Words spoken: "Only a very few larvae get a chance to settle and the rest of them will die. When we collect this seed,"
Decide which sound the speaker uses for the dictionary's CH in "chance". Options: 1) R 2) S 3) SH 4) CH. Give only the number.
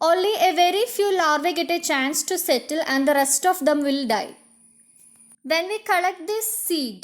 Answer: 4